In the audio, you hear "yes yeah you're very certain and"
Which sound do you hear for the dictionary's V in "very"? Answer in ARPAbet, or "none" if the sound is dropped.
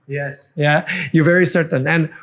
V